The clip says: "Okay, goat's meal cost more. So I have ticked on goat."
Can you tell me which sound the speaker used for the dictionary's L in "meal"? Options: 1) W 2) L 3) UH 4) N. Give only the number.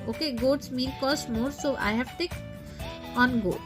4